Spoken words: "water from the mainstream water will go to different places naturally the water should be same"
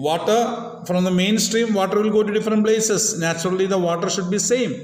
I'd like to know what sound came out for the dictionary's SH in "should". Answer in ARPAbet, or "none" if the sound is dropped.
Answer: SH